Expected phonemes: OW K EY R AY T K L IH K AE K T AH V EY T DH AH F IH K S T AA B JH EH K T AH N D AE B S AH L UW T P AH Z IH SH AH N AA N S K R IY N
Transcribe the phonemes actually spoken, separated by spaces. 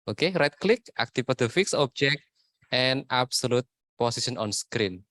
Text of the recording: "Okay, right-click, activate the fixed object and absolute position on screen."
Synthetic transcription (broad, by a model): OW K EY R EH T K L IH K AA K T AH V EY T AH F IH K S AA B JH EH K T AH N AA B S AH L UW T P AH S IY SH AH N AA N S K R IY N